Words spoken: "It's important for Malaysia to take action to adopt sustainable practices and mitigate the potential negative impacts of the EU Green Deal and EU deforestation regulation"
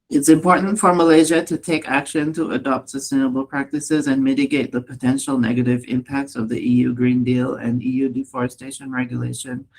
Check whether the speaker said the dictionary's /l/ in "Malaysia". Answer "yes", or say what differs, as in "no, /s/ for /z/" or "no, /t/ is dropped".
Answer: yes